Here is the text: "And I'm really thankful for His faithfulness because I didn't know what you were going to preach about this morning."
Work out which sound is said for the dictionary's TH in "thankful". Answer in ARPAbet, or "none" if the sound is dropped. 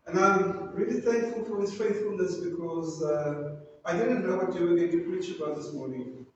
TH